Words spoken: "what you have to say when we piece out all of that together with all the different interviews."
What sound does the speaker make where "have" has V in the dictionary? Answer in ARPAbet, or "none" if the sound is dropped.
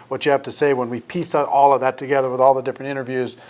F